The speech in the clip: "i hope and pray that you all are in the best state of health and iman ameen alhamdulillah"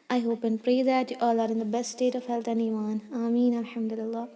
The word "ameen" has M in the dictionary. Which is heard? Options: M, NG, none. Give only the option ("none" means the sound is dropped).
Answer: M